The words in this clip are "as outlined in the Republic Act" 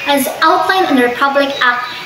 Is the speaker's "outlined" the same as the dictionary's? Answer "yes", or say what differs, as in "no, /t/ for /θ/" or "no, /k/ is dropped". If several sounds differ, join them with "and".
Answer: no, /d/ is dropped